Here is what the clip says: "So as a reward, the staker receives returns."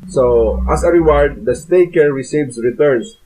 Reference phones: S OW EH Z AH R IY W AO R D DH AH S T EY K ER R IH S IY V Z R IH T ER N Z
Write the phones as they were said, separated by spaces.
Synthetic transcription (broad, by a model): S OW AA S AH R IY W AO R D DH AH S T EY K ER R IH S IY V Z R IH T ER N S